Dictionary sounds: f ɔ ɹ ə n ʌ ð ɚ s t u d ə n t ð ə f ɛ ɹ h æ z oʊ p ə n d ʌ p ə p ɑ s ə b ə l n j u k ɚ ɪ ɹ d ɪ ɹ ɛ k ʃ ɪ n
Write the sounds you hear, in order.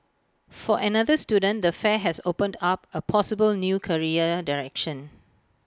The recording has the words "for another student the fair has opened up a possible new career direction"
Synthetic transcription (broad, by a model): f ɔ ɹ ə n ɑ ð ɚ s t u d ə n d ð ə f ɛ h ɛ s oʊ p ə n d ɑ p ə p ɑ s ə b ə l n j u k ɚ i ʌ d ɪ ɹ ɛ k ʃ ɪ n